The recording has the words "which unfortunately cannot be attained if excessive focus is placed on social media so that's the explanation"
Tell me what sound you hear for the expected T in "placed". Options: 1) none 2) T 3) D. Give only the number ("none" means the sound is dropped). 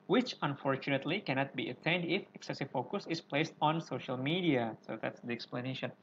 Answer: 2